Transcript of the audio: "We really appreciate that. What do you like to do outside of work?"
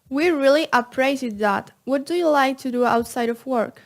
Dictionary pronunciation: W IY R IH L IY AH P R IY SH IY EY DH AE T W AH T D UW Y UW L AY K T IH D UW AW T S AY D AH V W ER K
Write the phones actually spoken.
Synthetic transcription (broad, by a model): W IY R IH L IY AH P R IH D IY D DH AE T W AH T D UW Y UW L AY K T IH D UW AW T S AY D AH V W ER K